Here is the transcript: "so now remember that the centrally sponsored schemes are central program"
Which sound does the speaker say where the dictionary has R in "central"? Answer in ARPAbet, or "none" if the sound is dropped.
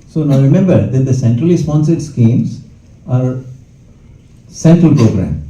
R